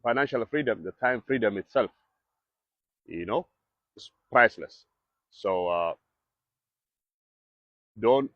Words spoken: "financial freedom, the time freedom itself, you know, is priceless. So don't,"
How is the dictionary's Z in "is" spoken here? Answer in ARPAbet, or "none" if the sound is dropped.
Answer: S